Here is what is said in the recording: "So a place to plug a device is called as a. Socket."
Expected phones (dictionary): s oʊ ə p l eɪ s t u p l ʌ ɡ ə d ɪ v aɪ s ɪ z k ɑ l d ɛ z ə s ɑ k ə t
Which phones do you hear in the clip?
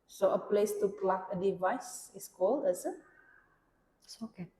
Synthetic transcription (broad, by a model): s oʊ ə p l eɪ s t u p l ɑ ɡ ə d ɪ v aɪ s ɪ s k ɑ l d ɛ s ə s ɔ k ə